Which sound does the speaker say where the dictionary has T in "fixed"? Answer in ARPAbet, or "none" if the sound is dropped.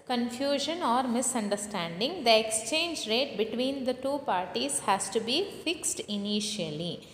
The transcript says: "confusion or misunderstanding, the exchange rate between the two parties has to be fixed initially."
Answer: T